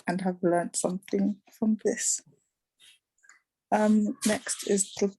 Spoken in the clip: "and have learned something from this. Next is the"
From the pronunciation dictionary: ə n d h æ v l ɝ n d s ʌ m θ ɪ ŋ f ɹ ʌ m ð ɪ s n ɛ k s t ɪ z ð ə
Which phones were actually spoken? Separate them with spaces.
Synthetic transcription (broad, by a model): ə n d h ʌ v l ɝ n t s ʌ m θ ɪ ŋ f ɹ ʌ m ð ɪ s n ɛ k s t ɪ z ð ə